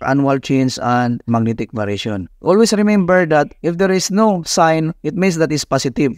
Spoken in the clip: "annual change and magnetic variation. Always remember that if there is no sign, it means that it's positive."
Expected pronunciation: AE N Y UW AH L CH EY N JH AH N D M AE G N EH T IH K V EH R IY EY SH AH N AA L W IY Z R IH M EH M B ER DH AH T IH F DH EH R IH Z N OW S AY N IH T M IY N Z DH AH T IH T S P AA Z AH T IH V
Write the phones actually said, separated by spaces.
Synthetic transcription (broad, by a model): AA N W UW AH L CH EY N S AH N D M AE G N EH T IH K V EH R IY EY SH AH N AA L W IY S R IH M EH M B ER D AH T IH F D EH R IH S N OW S AY N IH T M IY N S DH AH T IH T S P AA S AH T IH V